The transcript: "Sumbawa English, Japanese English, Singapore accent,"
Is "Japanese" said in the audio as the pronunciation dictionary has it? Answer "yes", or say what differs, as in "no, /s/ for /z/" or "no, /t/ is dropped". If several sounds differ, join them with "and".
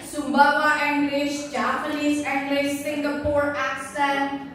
no, /l/ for /n/ and /s/ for /z/